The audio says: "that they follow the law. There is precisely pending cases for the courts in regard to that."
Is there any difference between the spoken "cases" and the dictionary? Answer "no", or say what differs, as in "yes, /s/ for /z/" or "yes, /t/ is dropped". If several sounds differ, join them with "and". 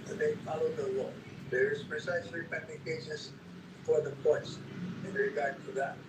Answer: yes, /s/ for /z/